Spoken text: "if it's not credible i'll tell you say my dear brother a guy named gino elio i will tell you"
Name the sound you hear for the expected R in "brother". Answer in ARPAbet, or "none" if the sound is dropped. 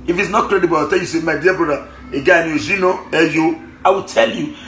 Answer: none